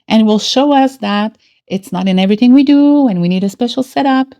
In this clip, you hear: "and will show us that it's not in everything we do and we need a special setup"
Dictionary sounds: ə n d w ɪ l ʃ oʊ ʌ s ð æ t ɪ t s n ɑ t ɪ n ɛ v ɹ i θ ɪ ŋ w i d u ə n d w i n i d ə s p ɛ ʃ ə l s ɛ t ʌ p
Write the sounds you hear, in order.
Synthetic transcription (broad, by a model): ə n w ɪ l ʃ oʊ ʌ s ð æ t ɪ t s n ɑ t ɪ n ɛ v ɹ i θ ɪ ŋ w i d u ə n w i n i d ə s p ɛ ʃ l s ɛ t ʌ p